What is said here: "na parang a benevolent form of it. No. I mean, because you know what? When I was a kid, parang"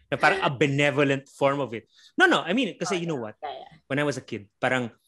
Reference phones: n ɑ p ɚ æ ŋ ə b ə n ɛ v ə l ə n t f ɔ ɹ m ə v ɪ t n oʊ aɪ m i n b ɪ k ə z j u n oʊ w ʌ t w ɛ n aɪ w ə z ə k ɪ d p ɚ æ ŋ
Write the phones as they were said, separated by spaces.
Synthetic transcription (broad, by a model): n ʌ p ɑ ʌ ŋ ə b ə n ɛ v ə l ə n t f ɔ ɹ m ə v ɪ t n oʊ aɪ m i n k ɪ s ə j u n oʊ w ʌ t w ɛ n aɪ w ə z ə k ɪ d p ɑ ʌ ŋ